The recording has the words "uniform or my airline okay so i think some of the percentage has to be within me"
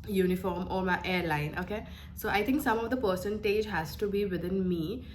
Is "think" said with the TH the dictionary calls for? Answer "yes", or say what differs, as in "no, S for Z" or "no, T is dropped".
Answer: no, T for TH